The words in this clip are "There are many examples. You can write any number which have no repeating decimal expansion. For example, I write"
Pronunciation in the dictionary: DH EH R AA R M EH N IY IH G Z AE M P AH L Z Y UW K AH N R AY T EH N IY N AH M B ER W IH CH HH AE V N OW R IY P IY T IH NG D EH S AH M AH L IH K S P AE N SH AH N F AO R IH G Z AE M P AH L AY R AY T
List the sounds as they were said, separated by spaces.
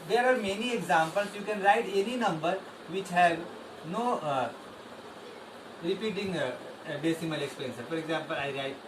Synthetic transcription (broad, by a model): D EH R AA R M EH N IY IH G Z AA M P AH L S Y UW K AH N R AY T EH N IY N AH M B ER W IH CH HH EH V N OW R IY P IY T IH NG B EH S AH M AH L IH K S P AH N S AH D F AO R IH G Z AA M P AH L AY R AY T